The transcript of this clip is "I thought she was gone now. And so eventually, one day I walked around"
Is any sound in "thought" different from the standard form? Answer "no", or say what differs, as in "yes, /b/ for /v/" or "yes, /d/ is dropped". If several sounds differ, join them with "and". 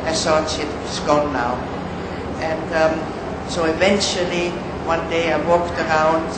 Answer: yes, /s/ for /θ/